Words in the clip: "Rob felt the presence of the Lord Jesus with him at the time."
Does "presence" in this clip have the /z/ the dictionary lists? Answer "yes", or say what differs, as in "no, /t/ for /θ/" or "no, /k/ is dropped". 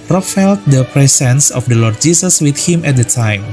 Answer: no, /s/ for /z/